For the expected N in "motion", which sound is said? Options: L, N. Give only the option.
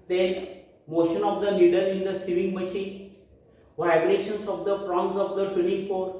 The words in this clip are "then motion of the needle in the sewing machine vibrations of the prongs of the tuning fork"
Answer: N